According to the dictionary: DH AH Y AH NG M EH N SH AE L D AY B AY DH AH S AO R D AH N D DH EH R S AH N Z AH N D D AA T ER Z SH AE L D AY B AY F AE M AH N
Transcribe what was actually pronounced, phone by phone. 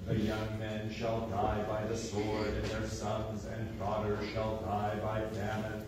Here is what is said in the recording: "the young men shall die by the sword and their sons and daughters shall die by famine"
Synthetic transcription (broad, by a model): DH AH Y AH NG M EH N SH AE L D AY B AY DH AH S AO R D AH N DH EH R S AH N Z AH N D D AA T ER SH AE L D AY B AY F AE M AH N